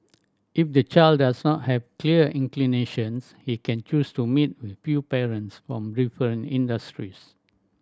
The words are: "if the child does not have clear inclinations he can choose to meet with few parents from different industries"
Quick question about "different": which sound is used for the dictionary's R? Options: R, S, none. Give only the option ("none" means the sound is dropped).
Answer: none